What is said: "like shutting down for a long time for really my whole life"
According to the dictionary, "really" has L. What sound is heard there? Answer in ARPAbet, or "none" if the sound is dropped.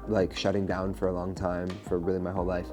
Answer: L